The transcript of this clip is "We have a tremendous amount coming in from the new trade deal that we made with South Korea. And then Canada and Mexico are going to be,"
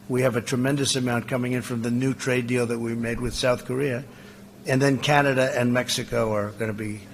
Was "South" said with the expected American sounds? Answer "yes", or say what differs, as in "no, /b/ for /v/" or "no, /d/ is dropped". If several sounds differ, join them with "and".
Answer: yes